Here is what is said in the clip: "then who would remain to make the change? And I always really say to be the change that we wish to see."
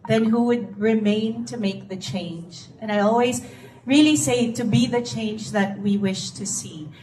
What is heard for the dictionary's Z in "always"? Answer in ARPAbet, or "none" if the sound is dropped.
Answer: Z